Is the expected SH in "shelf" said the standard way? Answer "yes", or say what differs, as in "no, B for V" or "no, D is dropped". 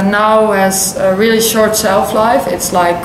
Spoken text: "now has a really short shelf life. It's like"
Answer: no, S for SH